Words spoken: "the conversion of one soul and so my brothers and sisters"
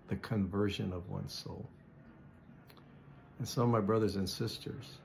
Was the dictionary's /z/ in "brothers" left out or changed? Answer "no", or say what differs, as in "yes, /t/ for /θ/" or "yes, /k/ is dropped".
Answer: no